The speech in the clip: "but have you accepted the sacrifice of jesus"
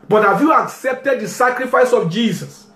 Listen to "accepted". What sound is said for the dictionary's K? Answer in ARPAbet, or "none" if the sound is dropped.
K